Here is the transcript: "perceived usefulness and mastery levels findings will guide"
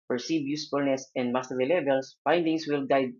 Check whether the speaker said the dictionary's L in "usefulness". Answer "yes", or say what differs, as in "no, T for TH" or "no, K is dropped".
yes